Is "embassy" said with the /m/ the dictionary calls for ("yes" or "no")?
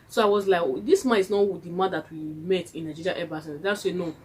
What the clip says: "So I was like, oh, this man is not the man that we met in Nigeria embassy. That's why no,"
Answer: no